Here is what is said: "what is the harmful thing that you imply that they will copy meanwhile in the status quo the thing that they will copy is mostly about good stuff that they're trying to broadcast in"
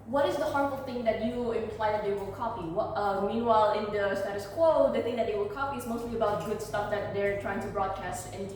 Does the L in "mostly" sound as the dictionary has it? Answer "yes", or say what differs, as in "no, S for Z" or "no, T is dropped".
yes